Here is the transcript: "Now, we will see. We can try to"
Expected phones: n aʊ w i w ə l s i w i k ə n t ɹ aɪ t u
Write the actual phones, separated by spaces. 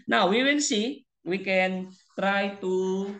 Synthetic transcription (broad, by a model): n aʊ w i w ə n s i w i k ə n t ɹ aɪ t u